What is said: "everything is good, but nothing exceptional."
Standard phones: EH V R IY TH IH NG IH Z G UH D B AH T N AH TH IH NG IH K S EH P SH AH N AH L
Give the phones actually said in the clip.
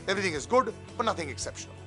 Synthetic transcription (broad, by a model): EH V R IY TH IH NG IH Z G UH D B AH T N AH TH IH NG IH K S EH P SH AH N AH L